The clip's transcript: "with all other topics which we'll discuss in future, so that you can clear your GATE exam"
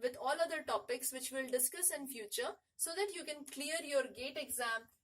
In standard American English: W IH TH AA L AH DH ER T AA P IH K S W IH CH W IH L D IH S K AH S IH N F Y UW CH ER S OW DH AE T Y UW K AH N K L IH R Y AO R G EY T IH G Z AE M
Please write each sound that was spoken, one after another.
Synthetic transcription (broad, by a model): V IH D AA L AH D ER T AA P IH K S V IH CH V IH L D IH S K AH S IH N F Y UW CH ER S OW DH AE T Y UW K AH N K L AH R Y AO R G EY T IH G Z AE M